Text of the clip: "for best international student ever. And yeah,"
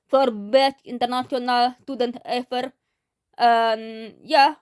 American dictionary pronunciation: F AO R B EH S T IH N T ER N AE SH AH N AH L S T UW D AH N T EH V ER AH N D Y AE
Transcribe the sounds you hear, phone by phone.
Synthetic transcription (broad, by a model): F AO R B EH T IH N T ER N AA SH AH N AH L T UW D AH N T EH F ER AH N Y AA